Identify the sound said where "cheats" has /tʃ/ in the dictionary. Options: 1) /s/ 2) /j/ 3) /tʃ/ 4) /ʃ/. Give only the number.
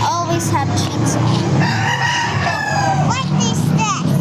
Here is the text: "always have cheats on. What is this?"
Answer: 4